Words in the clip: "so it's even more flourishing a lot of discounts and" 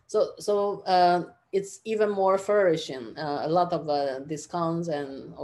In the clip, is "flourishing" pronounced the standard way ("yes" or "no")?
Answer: no